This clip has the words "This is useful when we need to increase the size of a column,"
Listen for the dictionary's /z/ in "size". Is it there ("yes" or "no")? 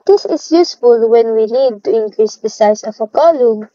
no